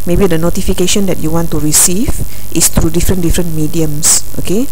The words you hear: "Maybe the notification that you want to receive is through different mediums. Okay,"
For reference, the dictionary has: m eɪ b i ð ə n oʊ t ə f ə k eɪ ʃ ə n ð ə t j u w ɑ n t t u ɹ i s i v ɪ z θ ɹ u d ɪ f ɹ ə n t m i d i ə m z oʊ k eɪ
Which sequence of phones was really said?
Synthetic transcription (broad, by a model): m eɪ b i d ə n oʊ t ə f ə k eɪ ʃ ə n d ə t j u w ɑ n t t u ɹ i s i v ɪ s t ɹ u d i f ɹ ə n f m i d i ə m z oʊ k eɪ